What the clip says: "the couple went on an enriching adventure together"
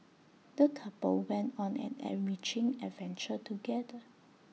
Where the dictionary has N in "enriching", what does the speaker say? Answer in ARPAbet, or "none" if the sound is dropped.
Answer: none